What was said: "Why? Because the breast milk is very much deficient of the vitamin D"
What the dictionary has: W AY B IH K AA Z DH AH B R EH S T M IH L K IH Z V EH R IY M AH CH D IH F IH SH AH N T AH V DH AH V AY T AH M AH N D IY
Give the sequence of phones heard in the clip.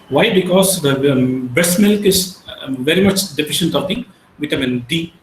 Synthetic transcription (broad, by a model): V AY B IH K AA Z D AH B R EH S M IH L K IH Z V EH R IY M AH CH D IH F IH SH AH N T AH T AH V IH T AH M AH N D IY